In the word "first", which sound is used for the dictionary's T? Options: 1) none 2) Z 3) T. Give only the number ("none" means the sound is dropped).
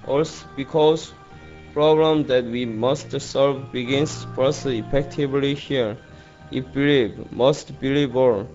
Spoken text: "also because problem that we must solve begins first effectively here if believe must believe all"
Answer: 1